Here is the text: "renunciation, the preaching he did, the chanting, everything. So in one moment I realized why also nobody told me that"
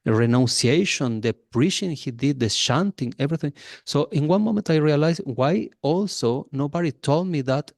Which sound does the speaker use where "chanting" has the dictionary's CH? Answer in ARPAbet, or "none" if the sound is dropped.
SH